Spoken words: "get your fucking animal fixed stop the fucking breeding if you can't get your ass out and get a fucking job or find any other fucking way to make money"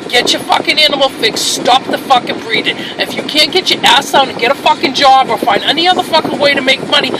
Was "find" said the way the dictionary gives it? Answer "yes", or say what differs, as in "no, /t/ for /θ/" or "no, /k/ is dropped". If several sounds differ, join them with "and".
yes